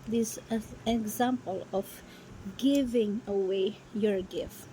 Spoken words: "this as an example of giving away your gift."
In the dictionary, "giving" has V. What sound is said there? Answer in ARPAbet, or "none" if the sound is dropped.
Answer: V